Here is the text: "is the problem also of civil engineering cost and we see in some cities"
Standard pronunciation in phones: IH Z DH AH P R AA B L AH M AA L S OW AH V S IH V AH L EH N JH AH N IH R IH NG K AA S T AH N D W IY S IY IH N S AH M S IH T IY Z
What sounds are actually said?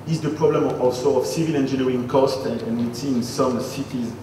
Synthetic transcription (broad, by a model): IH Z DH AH P R AA B L AH M AA L S OW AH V S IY V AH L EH N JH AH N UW IH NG K AA S T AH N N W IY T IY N S AH M S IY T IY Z